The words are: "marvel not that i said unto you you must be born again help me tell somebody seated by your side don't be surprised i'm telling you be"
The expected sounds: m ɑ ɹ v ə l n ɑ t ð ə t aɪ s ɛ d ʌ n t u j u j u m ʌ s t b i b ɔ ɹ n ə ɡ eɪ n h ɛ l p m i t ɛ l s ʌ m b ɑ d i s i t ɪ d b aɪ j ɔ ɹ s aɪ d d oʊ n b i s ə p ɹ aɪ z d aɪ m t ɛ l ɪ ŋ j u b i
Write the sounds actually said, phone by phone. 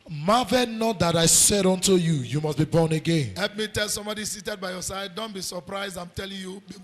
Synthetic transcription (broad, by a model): m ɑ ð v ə n ɑ t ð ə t aɪ s ɛ d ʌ n t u j u j u m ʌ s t b i b ɔ n ə ɡ eɪ n h ɛ l p m i t ɛ l s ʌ m b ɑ d i s i t ɪ d b aɪ j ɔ s aɪ d d oʊ n b i s ə p ɹ aɪ z d aɪ m t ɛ l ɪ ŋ j u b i